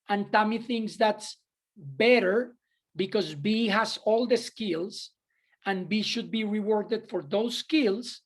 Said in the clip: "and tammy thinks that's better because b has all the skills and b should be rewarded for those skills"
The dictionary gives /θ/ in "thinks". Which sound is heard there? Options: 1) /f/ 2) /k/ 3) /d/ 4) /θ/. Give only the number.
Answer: 4